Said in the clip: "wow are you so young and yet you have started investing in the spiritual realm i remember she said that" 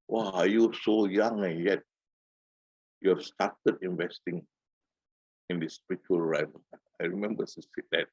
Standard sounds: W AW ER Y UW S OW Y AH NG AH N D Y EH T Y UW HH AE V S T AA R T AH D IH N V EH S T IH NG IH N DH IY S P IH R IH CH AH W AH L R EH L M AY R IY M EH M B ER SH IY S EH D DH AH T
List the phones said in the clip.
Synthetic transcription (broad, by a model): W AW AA Y UW S OW Y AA NG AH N Y EH T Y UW S T AA T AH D IH N V EH S T IH NG IH N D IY S P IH R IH CH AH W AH L R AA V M AY R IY M EH M B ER S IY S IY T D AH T